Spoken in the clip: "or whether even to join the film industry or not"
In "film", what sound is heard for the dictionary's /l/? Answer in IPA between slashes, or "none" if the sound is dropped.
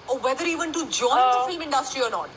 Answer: none